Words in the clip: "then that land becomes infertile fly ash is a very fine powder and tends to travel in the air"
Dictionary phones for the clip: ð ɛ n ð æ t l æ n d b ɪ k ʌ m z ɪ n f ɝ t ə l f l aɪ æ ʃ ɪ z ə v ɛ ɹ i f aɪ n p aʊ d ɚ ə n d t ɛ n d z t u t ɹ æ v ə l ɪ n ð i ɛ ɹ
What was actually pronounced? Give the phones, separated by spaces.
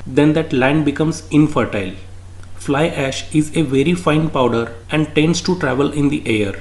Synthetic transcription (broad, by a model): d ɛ n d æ t l æ n d b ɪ k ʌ m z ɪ n f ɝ t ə l f l aɪ æ ʃ ɪ z ə v ɛ ɹ i f aɪ n p aʊ d ɚ ə n d t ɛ n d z t u t ɹ æ v ə l ɪ n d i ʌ ɹ